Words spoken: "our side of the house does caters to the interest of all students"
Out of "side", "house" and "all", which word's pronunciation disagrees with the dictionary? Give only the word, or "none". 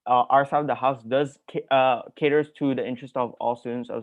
side